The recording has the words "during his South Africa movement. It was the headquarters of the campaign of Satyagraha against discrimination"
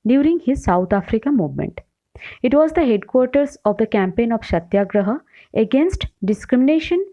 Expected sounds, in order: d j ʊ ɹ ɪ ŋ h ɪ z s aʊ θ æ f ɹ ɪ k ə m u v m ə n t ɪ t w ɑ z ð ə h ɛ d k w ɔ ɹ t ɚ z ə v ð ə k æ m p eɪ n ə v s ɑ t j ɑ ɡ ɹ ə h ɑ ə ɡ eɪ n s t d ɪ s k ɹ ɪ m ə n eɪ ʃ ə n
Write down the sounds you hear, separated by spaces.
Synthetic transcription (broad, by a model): d j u ɹ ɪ ŋ h ɪ z s aʊ t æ f ɹ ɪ k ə m u v m ə n t ɪ t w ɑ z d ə h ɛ d k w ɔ ɹ t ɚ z ə v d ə k æ m p eɪ n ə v ʃ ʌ t j ɑ ɡ ɹ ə h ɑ ə ɡ eɪ n s t d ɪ s k ɹ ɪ m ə n eɪ ʃ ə n